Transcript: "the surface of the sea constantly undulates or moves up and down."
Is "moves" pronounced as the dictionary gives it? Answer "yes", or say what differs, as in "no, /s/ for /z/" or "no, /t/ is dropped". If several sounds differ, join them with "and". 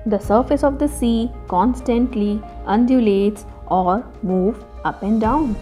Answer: no, /z/ is dropped